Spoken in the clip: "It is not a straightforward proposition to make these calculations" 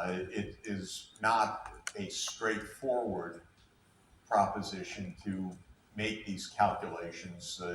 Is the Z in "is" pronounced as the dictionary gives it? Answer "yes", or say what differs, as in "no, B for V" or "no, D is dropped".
yes